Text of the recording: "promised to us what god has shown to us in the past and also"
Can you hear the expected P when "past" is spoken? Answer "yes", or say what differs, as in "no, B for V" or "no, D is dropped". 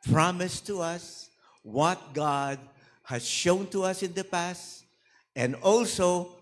yes